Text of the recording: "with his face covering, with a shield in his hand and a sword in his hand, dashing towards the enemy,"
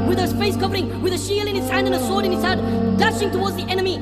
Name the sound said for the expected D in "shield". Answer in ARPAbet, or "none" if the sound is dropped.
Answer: none